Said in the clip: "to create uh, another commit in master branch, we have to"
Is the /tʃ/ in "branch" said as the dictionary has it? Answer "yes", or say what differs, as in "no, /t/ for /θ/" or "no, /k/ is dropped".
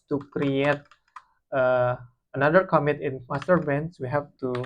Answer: no, /s/ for /tʃ/